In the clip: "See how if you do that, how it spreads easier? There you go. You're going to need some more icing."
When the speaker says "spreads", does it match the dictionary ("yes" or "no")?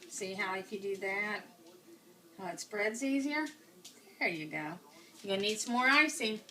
no